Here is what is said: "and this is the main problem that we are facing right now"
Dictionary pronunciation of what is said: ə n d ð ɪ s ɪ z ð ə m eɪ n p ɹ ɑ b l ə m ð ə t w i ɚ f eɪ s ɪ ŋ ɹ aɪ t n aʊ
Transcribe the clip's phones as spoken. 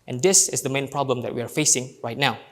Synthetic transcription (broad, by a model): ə n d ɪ s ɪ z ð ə m eɪ n p ɹ ɑ b l ə m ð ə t w i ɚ f eɪ s ɪ ŋ ɹ aɪ t n aʊ